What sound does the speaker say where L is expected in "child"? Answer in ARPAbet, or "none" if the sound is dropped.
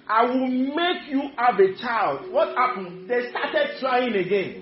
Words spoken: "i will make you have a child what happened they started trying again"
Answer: L